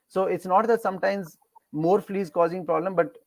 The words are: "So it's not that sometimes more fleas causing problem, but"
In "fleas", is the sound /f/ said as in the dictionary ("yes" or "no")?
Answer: yes